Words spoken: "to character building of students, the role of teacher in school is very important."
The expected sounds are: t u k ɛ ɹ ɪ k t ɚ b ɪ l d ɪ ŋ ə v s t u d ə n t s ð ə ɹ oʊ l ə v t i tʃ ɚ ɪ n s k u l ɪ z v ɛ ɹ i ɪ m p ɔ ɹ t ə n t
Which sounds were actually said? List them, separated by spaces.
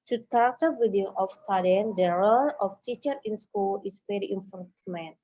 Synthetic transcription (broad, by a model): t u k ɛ ɹ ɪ k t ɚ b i d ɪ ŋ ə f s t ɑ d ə n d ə ɹ oʊ l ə f t i tʃ ɚ ɪ n s k u l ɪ s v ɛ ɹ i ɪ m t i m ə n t